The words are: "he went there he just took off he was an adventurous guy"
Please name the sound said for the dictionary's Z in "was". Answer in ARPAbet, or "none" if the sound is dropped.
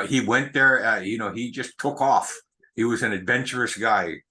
Z